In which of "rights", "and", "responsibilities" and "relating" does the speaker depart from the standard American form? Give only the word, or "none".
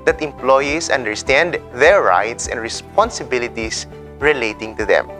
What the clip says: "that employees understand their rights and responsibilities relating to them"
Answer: responsibilities